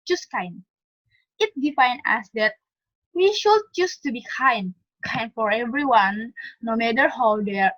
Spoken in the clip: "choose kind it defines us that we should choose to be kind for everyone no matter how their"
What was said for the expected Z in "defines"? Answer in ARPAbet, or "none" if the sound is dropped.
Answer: none